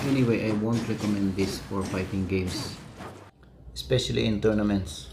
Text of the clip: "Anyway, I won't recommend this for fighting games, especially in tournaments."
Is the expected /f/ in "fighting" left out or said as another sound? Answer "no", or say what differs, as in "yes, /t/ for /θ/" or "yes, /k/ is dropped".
yes, /p/ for /f/